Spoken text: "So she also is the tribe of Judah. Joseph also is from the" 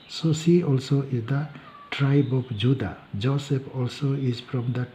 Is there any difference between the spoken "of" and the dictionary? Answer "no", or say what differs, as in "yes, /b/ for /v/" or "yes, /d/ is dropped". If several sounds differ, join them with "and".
yes, /p/ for /v/